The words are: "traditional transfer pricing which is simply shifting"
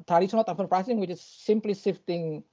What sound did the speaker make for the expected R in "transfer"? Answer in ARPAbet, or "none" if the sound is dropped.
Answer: none